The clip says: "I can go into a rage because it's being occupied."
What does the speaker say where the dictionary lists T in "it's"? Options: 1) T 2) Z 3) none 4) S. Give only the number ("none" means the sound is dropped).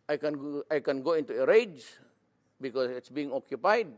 1